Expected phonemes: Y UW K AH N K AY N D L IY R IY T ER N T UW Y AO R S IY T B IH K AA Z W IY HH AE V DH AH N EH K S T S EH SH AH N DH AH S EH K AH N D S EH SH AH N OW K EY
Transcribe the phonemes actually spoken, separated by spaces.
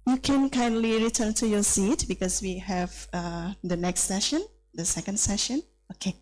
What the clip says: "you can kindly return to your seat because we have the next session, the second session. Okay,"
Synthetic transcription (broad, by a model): Y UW K AH N K AY N D L IY R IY T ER N T UW Y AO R S IY T B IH K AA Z W IY HH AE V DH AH N EH K S T S EH SH AH N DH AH S EH K AH N D S EH SH AH N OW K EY